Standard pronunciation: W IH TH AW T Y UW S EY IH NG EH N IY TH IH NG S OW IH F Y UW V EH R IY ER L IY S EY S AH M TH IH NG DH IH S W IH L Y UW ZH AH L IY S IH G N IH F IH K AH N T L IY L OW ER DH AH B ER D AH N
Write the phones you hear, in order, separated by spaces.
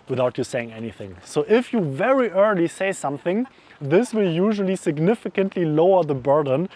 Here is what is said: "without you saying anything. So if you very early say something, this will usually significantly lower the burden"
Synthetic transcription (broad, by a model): W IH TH AW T Y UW S EY IH NG EH N IY TH IH NG S OW IH F Y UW V EH R IY ER L IY S EY S AH M TH IH NG DH IH S W IH L Y UW ZH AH L IY S IH G N IH F IH K AH N T L IY L OW ER DH AH B ER D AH N